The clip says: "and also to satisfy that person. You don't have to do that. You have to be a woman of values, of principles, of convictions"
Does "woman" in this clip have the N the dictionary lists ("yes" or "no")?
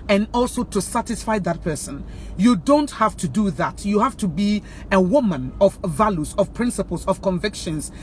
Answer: yes